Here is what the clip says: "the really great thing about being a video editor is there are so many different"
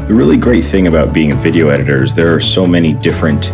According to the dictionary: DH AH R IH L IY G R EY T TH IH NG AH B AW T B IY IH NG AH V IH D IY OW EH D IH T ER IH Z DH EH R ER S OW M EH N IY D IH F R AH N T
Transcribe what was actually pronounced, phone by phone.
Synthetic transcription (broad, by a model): DH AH R IH L IY G R EY T TH IH NG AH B AW T B IY IH NG AH V IH D IY OW EH D IH T ER IH Z DH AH R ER S OW M EH N IY D IH F R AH N T